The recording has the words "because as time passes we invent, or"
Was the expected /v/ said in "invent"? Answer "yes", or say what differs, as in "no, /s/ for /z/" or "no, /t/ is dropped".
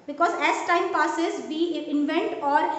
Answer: yes